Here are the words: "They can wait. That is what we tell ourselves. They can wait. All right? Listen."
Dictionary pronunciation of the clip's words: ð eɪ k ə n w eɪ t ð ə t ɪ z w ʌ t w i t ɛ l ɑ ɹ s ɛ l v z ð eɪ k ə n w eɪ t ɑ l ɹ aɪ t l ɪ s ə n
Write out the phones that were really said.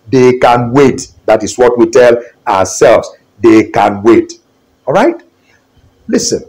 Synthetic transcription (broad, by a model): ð eɪ k ə n w eɪ t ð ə t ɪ s w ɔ t w i t ɛ l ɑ s ɛ l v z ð eɪ k ə n w eɪ t ɑ l ɹ aɪ t l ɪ s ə n